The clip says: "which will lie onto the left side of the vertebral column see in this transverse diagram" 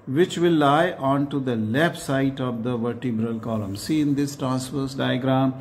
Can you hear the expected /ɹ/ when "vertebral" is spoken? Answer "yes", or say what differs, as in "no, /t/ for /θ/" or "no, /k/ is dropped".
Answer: yes